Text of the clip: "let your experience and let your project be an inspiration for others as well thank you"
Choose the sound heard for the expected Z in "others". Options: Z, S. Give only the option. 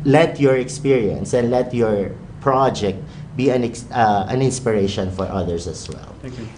S